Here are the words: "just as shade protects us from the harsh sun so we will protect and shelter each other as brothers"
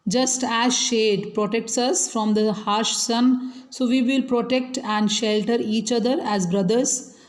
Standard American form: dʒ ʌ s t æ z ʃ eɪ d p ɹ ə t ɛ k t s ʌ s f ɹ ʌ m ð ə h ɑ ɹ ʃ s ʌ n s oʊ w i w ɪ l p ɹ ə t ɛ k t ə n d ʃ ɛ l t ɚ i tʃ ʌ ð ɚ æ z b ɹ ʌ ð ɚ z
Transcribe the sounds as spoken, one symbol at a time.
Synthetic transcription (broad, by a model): dʒ ʌ s t æ z ʃ eɪ d p ɹ ə t ɛ k t s ʌ s f ɹ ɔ m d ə h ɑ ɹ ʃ s ʌ n s oʊ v i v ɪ l p ɹ ə t ɛ k t ə n d ʃ ɛ l t ɚ i tʃ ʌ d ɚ æ z b ɹ ʌ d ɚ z